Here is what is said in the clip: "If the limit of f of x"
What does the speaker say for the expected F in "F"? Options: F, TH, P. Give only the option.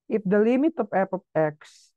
P